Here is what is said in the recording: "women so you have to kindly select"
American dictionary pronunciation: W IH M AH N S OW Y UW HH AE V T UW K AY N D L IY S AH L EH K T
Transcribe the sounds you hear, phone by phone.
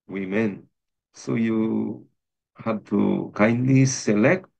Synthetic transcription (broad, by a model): W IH M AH N S OW Y UW HH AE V T UW K AY N D L IY S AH L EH K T